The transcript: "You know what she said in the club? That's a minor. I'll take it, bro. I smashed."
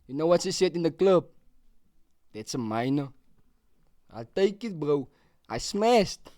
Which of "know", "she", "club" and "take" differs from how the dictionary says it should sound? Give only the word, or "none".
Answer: she